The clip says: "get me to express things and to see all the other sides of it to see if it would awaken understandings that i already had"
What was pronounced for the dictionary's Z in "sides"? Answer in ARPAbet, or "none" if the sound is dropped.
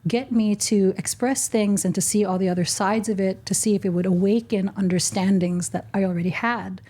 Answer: Z